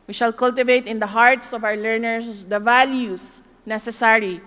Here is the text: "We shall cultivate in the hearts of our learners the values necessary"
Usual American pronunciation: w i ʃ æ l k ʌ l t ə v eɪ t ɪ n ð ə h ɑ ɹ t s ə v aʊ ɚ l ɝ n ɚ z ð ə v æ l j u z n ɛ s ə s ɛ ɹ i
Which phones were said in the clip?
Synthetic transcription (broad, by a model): w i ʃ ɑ l k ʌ l t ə v eɪ t ɪ n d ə h ɑ ɹ t s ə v aʊ ɚ l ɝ n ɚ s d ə v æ l j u s n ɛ s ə s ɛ ɹ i